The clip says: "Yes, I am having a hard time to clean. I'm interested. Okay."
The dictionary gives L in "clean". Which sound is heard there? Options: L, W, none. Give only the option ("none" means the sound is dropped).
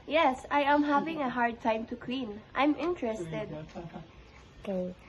W